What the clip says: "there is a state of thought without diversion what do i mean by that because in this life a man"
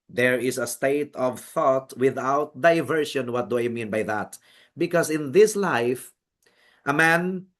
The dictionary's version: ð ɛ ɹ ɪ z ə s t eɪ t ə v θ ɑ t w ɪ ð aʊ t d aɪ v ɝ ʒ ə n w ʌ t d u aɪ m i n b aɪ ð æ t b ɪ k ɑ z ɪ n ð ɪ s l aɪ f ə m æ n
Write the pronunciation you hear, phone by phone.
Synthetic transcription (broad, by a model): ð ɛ ɹ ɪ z ə s t eɪ t ə v θ ɑ t w ɪ ð aʊ t d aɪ v ɝ ʃ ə n w ʌ t d u aɪ m i n b aɪ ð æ t b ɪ k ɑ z ɪ n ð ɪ s l aɪ f ə m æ n